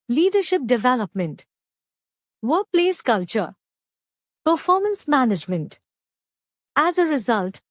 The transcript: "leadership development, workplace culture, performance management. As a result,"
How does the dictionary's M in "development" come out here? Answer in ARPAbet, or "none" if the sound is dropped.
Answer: M